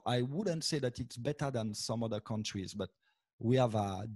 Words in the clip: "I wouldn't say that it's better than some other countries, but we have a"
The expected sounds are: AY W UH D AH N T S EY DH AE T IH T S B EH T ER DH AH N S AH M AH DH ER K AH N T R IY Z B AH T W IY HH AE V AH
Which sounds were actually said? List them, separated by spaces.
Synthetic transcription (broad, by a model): AY W UH D AH N T S EY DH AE T IH T S B EH T ER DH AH N S AH M AH DH ER K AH N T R IY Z B AH T W IY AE V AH